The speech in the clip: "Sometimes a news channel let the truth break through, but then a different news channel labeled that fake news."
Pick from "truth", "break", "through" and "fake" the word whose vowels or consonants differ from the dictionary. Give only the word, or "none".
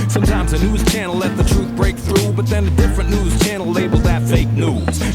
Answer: none